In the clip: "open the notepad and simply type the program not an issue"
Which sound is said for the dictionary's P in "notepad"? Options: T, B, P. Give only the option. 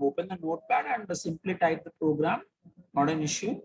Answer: B